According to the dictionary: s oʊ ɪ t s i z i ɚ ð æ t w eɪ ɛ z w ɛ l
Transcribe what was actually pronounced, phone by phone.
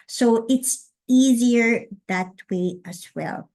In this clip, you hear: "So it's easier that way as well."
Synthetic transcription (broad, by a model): s oʊ ɪ t s i z i ɚ ð æ t w eɪ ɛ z w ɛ l